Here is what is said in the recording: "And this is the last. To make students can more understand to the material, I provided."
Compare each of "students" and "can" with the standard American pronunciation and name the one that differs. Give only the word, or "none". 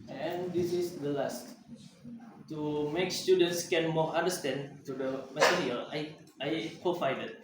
none